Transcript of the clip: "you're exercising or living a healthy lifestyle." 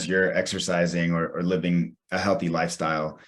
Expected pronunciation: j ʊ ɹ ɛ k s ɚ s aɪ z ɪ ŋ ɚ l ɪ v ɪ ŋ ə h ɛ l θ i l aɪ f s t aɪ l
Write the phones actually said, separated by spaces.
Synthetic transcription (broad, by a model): j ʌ ɹ ɛ k s ɚ s aɪ z ɪ ŋ ɚ l ɪ v ɪ ŋ ə h ɛ l θ i l aɪ f s t aɪ l